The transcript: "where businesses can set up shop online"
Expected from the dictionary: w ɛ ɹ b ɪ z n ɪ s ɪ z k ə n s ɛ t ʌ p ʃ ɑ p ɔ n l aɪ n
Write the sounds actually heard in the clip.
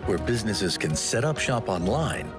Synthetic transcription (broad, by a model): w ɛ ɹ b ɪ z n ɪ s ɪ z k ə n s ɛ t ʌ p ʃ ɑ p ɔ n l aɪ n